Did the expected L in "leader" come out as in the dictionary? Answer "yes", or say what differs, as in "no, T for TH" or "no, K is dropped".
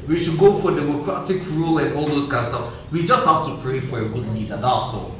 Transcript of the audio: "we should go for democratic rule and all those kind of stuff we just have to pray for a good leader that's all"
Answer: no, N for L